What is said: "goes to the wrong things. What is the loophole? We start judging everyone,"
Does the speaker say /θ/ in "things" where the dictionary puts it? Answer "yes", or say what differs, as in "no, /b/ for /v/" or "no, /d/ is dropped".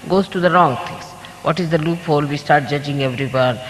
no, /t/ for /θ/